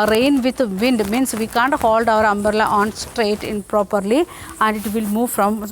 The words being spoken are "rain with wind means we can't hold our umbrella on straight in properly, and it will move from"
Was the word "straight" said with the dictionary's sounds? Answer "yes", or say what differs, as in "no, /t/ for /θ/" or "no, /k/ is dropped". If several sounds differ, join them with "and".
yes